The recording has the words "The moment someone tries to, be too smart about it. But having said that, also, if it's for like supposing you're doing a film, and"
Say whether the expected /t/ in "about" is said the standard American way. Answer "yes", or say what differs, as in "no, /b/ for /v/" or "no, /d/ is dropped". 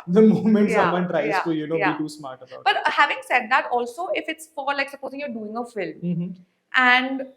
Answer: no, /t/ is dropped